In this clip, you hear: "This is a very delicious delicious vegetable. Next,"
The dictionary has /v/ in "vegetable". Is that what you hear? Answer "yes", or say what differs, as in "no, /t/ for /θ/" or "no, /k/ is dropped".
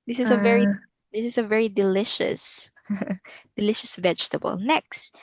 yes